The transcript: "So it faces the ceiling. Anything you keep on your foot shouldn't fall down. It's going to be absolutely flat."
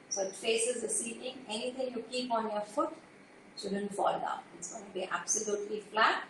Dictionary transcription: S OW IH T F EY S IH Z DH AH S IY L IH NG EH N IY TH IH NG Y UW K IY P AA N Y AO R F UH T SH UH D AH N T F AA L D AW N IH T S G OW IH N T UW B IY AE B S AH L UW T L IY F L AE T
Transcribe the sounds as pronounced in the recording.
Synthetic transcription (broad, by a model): S OW IH T F EY S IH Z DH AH S IY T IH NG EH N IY T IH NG Y UW K IY P AA N Y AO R F UH T S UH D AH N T F AA L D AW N IH T S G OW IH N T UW B IY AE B S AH L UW T L IY F L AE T